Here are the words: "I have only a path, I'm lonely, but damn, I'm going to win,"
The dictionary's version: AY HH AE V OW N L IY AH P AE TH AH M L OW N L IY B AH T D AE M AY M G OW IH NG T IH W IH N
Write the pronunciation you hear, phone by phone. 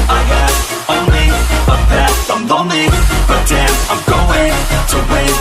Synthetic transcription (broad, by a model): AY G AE OW N L IY AH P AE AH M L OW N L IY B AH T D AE AY M G OW IH NG T IH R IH